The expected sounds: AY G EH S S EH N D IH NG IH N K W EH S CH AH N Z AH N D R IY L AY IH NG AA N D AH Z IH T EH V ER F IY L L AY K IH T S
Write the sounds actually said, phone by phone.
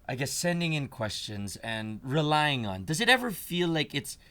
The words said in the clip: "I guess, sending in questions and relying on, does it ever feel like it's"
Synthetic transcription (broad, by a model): AY G EH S S EH N D IH NG IH N K W EH S CH AH N Z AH N R IY L AY IH NG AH N D AH Z IH T EH V ER F IY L L AY K IH T S